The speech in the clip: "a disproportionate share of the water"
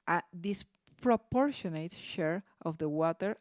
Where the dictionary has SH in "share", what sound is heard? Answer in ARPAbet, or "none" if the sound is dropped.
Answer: SH